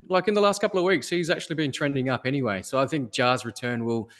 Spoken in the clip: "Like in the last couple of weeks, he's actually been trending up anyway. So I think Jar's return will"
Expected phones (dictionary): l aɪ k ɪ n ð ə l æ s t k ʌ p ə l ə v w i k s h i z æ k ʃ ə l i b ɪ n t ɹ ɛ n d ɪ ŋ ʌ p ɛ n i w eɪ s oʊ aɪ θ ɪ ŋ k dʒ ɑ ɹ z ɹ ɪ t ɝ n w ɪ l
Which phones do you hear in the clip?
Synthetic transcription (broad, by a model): l aɪ k ɪ n ð ə l æ s t k ʌ p l ə v w i k s h i z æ k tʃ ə l i b ɪ n t ɹ ɛ n d ɪ ŋ ʌ p ɛ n i w eɪ s oʊ aɪ θ ɪ ŋ k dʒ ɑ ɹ z ɹ ɪ t ɝ n w ɪ l